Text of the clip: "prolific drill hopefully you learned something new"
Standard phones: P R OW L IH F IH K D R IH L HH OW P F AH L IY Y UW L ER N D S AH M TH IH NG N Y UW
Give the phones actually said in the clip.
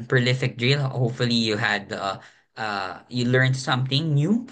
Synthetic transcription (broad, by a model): P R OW L IH F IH K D R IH L HH OW P F AH L IY Y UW L ER N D S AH M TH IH NG N Y UW